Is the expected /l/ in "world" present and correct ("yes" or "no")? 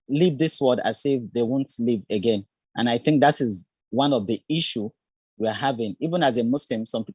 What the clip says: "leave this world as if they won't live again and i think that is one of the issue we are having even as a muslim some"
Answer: no